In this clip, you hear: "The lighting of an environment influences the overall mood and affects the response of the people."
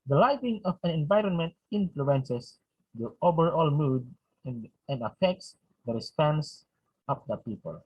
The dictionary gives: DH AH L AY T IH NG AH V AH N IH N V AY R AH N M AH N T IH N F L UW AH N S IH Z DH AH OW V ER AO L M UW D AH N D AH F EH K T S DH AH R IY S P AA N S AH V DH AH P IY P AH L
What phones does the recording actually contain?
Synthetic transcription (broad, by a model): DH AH L AY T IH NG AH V AH N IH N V AY R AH N M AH N T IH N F L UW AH N S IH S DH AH OW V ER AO L M UW D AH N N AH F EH K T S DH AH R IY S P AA N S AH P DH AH P IY P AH L